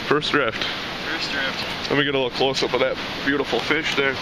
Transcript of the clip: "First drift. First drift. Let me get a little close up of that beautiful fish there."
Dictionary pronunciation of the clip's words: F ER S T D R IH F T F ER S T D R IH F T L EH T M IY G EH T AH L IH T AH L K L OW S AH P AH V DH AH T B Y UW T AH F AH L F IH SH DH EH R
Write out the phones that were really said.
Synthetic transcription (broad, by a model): F ER S D R IH F T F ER S D R IH F T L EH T M IY G EH T AH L IH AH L K L OW S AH B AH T DH AH T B Y UW T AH F L F IH SH DH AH R